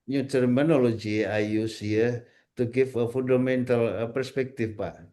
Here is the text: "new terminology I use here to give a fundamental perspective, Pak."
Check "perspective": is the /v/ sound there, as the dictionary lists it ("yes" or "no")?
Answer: no